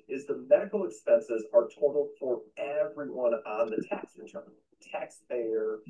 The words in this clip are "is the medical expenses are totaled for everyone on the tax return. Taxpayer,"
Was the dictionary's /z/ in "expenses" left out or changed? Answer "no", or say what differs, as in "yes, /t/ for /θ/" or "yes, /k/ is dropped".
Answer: no